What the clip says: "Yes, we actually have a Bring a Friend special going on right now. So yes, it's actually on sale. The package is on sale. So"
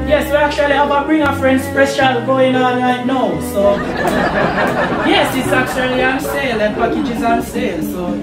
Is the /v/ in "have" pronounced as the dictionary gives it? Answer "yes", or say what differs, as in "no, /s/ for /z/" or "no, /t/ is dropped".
no, /b/ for /v/